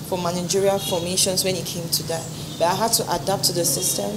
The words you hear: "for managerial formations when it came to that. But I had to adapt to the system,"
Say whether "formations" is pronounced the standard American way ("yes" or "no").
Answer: no